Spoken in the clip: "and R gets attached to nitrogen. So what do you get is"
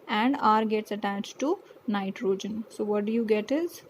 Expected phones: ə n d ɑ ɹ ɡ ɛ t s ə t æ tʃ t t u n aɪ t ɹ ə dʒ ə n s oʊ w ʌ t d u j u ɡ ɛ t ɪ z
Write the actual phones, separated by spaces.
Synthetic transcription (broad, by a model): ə n d ɑ ɹ ɡ ɛ t s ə t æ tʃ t t u n aɪ t ɹ ə dʒ ə n s oʊ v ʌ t d u j u ɡ ɛ t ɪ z